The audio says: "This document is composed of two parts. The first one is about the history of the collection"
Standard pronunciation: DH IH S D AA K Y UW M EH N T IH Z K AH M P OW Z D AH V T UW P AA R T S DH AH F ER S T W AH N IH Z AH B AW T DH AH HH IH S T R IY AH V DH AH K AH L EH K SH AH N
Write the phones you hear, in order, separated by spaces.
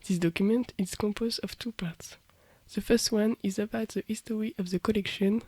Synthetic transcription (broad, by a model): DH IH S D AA K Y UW M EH N T IH Z K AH M P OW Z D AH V T UW P AA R T S DH AH F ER S T W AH N IH Z AH B AW T DH AH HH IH S T W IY AH V DH AH K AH L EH K SH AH N